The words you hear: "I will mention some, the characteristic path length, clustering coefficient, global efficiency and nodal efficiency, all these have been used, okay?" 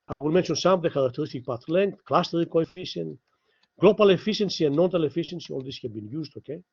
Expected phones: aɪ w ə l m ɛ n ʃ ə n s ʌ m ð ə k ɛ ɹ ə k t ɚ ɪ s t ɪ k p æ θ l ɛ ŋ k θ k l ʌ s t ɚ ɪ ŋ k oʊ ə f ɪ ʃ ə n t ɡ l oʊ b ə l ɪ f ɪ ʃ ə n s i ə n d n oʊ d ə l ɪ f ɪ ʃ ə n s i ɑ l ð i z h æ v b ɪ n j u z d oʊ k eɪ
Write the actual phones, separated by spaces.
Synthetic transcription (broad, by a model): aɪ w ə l m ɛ n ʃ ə n s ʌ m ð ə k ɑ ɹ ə k t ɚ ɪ s t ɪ k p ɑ t l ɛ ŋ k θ k l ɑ s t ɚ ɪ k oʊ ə f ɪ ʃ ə n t ɡ l oʊ b ə l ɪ f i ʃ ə n s i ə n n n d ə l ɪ f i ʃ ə n s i ɑ l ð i s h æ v b ɪ n j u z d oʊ k eɪ